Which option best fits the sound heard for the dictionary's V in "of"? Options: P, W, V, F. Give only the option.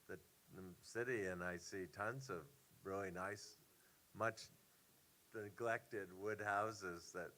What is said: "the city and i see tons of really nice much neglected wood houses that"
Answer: V